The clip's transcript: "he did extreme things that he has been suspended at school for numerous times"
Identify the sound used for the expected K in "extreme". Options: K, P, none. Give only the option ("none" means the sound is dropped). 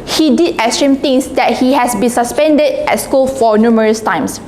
none